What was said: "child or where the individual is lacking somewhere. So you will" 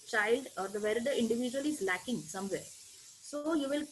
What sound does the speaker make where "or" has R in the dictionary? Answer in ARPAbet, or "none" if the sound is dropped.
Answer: R